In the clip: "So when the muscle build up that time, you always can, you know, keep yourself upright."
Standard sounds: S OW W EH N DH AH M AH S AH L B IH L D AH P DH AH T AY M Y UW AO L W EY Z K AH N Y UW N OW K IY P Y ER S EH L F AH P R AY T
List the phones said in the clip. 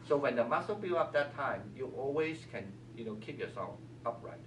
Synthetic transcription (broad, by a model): S OW W EH N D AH M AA S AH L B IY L AH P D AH T AY M Y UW AO L W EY S K AH N Y UW N OW K IY P Y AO S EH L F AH P R AY T